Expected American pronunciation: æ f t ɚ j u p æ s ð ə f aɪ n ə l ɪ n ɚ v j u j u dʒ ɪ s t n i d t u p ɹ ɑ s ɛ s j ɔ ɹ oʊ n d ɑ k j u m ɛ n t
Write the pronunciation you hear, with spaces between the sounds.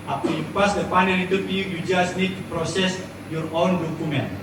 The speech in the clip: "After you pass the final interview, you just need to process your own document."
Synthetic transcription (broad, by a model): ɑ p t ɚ j u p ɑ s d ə p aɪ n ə n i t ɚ p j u j u dʒ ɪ s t n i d t u p ɹ ɑ s ɛ s j ɔ ɹ oʊ n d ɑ k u m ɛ n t